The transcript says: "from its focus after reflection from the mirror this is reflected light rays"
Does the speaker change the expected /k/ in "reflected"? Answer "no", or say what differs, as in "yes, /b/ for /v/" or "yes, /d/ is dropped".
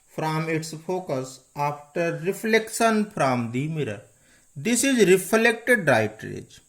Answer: no